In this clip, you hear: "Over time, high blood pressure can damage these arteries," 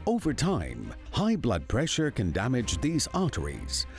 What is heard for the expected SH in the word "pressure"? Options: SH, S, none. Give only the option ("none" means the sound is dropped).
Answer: SH